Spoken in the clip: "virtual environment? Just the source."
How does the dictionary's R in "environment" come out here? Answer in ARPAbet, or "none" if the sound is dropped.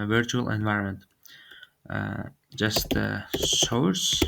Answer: R